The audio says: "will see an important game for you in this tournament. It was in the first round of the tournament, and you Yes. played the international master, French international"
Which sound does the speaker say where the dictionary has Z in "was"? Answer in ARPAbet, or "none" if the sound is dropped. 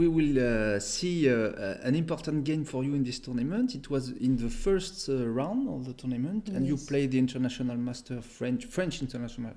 Z